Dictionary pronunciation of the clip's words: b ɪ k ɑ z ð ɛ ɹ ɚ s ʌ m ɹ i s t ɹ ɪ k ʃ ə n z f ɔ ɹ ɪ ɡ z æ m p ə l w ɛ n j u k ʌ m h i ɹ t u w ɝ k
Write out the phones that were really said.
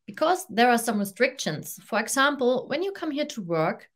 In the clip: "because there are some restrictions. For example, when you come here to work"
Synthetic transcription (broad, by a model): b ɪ k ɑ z ð ɛ ɹ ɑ s ʌ m ɹ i s t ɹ ɪ k ʃ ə n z f ɔ ɹ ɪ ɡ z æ m p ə l w ɛ n j u k ʌ m h i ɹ t u w ɝ k